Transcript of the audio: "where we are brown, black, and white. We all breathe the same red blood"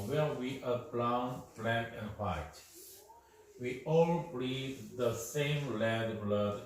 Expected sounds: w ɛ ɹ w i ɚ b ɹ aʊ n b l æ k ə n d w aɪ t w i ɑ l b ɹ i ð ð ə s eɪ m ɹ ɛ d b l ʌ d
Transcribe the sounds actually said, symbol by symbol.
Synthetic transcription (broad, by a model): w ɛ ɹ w i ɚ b l aʊ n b l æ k ə n d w aɪ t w i ɑ l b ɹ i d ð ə s eɪ m l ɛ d b l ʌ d